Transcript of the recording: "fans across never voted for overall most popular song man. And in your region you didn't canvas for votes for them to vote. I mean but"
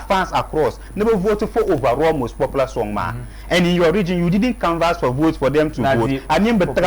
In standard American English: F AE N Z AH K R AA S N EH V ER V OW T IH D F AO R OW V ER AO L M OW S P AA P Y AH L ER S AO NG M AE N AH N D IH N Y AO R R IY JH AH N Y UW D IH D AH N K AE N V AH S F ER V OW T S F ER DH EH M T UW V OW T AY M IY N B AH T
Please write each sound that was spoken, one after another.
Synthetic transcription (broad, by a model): F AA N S AH K R AA S N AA B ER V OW T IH F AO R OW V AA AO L M OW S P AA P L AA S AO NG M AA AH N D IH N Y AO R R IY JH AH N Y UW D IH D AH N K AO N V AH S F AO V OW T S F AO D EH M T UW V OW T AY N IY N B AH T